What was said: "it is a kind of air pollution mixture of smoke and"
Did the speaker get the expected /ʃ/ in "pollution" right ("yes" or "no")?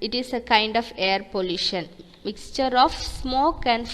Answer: yes